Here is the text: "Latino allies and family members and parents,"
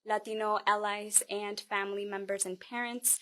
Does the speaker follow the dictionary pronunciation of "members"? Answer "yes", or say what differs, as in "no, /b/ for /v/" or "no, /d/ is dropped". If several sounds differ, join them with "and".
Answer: yes